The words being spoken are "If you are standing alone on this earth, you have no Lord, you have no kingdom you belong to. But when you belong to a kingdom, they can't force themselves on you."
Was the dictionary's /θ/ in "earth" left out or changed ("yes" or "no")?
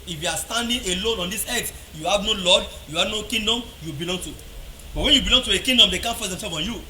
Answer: yes